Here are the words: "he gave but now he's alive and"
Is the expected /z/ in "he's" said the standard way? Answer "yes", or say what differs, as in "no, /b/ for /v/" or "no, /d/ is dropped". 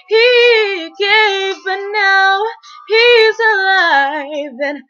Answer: yes